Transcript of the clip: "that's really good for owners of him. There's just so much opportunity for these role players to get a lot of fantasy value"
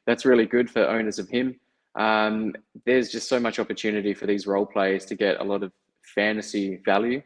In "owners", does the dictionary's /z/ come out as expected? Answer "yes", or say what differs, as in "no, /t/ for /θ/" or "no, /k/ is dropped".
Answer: yes